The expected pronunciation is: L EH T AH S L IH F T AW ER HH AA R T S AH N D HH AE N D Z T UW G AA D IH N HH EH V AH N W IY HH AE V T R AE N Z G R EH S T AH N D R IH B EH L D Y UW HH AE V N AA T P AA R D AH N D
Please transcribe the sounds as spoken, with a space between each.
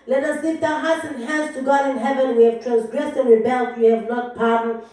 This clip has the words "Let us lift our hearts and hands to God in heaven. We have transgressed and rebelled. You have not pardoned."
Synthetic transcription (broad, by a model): L EH T AH S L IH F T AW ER HH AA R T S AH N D HH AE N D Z T UW G AA D IH N HH EH V AH N W IY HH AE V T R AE N S G R EH S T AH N R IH B EH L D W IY HH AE V N AA T P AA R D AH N